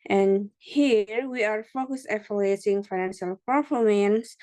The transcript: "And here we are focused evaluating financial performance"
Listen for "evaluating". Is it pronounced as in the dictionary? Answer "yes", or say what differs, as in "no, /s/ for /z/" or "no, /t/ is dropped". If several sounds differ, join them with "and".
no, /f/ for /v/